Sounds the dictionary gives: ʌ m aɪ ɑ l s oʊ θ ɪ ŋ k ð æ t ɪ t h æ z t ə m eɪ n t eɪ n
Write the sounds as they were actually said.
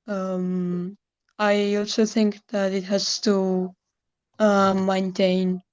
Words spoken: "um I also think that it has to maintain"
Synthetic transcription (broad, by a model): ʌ m aɪ ɑ l s oʊ θ ɪ ŋ k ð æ t ɪ t h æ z t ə m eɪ n t eɪ n